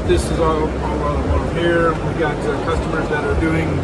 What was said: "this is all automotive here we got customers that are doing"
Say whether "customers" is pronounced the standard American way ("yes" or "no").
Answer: yes